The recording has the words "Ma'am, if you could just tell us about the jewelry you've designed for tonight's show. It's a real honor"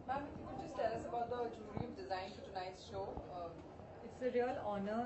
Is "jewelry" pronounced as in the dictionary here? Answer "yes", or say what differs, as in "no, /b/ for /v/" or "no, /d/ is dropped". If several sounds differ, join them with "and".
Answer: no, /l/ is dropped